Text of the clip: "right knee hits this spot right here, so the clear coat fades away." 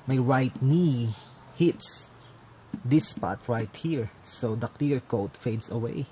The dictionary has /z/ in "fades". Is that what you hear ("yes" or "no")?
no